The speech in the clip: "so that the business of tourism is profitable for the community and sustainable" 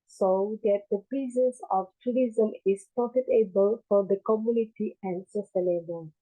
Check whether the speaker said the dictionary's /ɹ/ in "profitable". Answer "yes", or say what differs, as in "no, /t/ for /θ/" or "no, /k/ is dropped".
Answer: no, /ɹ/ is dropped